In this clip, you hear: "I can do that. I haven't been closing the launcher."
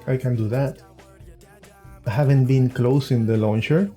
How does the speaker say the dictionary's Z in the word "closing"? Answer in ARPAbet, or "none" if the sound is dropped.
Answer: S